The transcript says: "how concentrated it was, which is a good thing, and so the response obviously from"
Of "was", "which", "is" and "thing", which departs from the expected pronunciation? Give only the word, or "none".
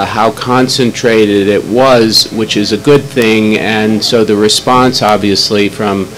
none